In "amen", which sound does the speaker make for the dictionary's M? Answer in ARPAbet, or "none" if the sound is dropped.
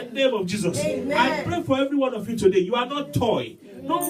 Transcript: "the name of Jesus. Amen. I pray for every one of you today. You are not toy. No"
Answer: none